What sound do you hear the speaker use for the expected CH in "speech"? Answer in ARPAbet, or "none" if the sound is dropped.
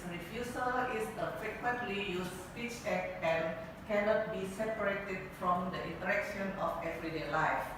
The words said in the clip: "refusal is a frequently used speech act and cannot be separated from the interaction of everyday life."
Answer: CH